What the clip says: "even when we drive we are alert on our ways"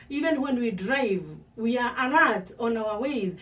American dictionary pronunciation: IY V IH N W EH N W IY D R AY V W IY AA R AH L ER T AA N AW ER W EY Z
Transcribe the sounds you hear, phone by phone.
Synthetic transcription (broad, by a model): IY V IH N W EH N W IY D R AY V W IY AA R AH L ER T AA N AW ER W EY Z